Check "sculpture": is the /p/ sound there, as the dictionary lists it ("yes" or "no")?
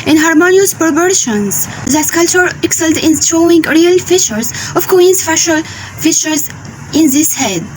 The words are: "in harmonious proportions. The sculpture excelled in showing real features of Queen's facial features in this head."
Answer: no